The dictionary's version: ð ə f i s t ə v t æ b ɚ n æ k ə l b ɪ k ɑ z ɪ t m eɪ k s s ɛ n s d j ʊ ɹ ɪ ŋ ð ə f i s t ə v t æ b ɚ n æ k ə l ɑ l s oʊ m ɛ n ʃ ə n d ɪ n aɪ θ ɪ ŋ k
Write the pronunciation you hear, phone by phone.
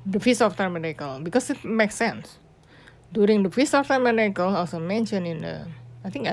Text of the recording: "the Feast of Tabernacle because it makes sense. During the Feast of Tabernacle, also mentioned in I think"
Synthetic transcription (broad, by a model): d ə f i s ə f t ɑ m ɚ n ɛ k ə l b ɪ k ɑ s ɪ t m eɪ k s s ɛ n s d j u ɹ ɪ ŋ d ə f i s ə f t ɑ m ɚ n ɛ k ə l ɑ l s oʊ m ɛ n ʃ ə n ɪ n aɪ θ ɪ ŋ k